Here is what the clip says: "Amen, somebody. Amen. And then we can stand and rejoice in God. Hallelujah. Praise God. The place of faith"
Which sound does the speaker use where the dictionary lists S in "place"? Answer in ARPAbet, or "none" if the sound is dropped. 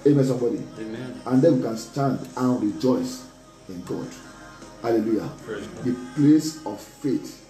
S